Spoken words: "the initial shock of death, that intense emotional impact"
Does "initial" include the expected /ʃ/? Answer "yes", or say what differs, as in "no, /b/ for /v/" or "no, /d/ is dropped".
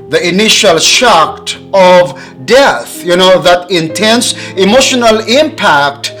yes